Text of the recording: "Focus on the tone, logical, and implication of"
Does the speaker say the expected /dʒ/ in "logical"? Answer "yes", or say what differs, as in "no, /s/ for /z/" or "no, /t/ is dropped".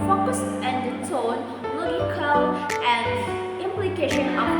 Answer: no, /dʒ/ is dropped